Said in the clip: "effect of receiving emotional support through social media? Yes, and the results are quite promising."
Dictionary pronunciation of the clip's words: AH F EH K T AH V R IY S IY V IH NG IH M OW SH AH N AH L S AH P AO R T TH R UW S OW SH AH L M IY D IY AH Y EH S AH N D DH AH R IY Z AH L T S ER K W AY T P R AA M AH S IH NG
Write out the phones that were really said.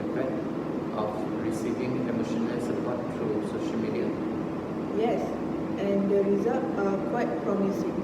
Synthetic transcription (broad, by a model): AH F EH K T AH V R IY S IY V IH NG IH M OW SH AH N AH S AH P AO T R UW S OW SH AH L M IY D IY AH Y EH S AH N D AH R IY Z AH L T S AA K W AY T P R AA M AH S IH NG